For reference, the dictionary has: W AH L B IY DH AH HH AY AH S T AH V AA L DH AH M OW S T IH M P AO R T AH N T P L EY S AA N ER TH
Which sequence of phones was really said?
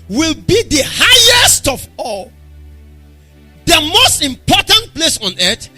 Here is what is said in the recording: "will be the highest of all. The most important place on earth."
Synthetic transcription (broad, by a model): W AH L B IY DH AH HH AY AH S T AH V AA L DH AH M OW S T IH M P AO T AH N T P L EY S AA N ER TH